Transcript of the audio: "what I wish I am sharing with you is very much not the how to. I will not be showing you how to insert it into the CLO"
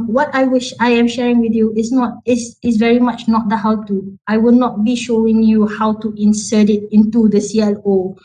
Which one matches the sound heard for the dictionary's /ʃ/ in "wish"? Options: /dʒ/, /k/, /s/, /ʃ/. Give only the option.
/ʃ/